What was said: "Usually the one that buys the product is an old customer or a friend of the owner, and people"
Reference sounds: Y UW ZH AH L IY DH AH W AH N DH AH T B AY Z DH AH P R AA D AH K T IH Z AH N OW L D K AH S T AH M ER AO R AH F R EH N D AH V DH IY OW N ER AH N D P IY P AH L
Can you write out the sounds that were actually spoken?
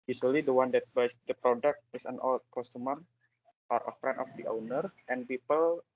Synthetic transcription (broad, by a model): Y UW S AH L IY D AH W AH N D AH T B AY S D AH P R AA D AH K T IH S AH N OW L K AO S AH M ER AO R AH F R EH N AH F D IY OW N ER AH N P IY P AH L